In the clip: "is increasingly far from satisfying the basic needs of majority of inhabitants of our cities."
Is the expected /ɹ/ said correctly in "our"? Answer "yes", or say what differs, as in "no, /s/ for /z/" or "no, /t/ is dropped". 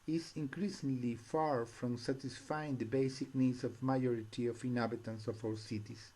no, /w/ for /ɹ/